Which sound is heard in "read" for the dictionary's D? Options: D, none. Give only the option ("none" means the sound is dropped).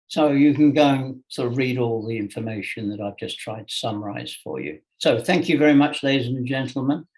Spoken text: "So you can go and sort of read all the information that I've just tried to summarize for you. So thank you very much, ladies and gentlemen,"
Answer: D